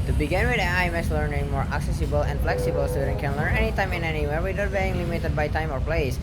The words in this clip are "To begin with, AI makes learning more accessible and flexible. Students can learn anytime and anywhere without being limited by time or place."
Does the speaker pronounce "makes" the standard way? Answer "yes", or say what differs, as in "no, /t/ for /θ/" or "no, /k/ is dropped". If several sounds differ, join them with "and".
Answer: no, /k/ is dropped